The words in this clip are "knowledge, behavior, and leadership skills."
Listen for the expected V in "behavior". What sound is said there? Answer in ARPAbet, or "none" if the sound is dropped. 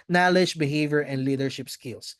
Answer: V